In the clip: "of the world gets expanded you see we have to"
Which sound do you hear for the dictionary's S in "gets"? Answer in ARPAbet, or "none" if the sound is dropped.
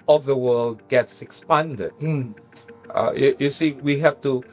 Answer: S